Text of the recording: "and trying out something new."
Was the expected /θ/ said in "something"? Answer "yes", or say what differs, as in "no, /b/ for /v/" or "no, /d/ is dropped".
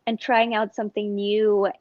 yes